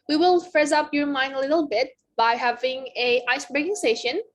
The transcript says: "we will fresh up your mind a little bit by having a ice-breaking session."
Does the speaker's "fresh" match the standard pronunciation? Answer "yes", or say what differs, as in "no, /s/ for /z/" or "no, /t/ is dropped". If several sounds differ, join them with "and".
no, /s/ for /ʃ/